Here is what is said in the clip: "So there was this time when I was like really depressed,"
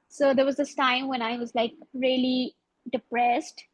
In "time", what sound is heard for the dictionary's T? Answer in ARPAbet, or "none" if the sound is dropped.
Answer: T